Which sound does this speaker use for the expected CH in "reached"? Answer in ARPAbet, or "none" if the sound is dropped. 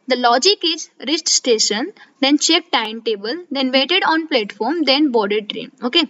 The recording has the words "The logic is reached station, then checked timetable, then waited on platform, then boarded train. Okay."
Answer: S